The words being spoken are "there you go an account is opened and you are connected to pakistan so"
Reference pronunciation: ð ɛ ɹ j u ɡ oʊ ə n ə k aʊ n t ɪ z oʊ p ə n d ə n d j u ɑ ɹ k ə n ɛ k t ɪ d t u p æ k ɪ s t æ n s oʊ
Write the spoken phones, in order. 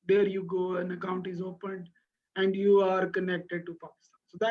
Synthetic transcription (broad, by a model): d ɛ ɹ j u ɡ oʊ ə n ə k aʊ n t ɪ z oʊ p ə n d ə n d j u ɑ ɹ k ə n ɛ k t ɪ d t u p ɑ k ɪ s t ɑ n s oʊ